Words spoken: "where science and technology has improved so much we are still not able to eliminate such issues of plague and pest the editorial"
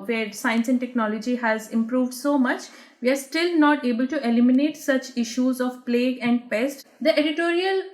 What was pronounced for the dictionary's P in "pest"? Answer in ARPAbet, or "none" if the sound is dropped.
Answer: P